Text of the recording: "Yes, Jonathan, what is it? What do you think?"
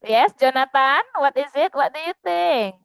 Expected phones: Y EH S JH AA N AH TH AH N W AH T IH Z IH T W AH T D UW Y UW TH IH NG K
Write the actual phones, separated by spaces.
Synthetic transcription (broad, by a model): Y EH S JH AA N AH T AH N W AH T IH Z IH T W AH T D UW Y UW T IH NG